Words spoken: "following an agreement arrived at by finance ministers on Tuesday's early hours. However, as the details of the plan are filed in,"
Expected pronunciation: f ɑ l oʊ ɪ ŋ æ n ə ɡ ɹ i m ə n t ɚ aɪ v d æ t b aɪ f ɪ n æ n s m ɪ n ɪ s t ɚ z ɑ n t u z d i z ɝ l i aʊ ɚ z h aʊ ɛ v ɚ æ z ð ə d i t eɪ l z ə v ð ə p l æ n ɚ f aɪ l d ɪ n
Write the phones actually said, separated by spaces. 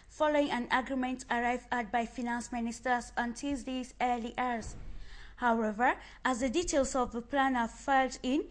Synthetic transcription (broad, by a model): f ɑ l oʊ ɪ ŋ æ n ə ɡ ɹ i m ə n t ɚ aɪ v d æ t b aɪ f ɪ n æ n s m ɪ n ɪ s t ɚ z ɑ n t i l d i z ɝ l i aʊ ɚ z h aʊ ɛ v ɚ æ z ð ə d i t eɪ l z ə v ð ə p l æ n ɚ f aɪ l d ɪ n